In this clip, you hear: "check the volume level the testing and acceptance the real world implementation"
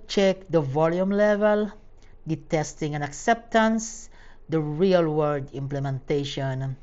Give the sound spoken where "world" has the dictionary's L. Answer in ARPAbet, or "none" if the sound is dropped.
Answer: none